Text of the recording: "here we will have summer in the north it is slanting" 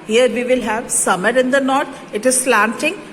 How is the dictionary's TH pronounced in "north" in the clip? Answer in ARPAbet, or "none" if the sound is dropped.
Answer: T